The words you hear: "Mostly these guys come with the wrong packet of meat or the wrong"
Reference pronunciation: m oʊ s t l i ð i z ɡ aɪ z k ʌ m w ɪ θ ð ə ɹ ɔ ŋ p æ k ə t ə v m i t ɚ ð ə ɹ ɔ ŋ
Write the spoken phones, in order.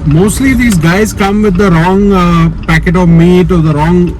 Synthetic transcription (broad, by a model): m oʊ s t l i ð i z ɡ aɪ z k ʌ m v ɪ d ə ɹ ɔ ŋ p æ k ə t ə v m i t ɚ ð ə ɹ ɔ ŋ